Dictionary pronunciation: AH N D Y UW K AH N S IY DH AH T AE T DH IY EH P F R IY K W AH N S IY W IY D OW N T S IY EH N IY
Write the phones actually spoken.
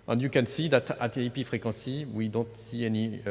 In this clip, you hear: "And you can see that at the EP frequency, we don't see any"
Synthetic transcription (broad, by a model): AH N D Y UW K AH N S IY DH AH T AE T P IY F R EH K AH S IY W IY D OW N T S IY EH N IY